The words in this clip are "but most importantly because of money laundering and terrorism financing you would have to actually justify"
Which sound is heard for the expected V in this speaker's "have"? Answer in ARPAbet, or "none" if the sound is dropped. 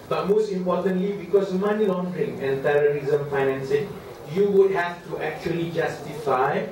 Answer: F